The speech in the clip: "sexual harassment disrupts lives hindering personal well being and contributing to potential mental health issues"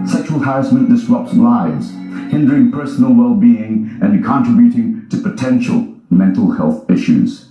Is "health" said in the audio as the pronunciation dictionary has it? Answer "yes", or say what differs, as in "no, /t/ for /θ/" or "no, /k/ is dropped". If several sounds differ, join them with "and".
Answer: yes